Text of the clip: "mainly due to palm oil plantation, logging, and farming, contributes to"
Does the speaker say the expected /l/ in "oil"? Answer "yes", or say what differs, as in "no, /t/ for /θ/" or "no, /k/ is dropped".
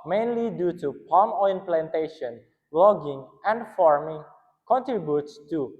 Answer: no, /n/ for /l/